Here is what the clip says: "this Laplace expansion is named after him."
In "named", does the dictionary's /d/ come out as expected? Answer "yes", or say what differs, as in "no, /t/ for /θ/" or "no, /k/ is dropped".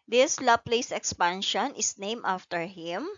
no, /d/ is dropped